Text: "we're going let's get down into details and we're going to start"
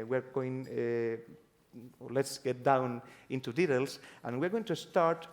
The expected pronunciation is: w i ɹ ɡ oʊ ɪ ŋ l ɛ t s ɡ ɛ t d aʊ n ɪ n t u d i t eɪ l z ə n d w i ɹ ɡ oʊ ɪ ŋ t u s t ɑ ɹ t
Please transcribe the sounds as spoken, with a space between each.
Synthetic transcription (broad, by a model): w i ɹ ɡ oʊ ɪ ŋ l ɛ t s ɡ ɛ t d aʊ n ɪ n t u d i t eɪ l s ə n w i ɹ ɡ oʊ ɪ ŋ t u s t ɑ ɹ t